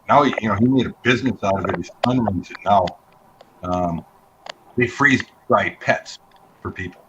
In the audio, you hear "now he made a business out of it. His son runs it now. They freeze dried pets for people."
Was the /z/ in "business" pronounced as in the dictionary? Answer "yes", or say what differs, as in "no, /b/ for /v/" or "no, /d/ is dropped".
yes